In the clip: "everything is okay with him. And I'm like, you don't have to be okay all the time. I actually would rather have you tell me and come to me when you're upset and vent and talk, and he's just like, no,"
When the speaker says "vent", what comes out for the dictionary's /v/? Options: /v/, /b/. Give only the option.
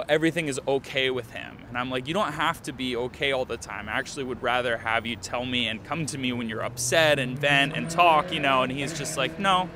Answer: /v/